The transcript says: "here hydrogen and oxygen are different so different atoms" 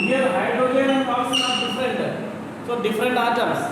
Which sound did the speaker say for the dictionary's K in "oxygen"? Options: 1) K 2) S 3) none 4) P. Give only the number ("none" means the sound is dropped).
3